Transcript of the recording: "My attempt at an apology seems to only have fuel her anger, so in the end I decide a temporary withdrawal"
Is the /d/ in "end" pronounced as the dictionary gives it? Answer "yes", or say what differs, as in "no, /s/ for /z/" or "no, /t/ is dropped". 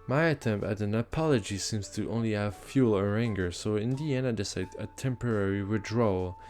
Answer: no, /d/ is dropped